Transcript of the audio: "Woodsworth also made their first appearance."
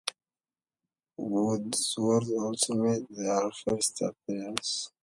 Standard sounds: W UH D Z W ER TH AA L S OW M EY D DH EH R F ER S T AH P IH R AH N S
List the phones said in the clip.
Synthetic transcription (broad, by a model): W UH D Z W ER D AA L S OW M EY D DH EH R F ER S T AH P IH AH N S